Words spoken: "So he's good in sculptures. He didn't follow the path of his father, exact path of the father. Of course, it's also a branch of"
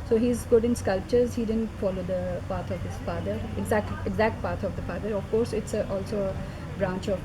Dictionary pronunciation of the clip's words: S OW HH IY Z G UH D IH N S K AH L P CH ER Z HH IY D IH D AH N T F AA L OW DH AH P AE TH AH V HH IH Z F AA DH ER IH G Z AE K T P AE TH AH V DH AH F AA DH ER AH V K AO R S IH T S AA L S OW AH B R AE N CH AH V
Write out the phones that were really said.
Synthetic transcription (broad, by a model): S OW HH IY Z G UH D IH N S K AH L P CH ER Z HH IY D IH D AH N T F AA L OW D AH P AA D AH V HH IH Z F AA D ER IH G Z AE K T P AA T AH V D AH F AA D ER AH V K AO R S IH T S AA L S OW AH B R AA N CH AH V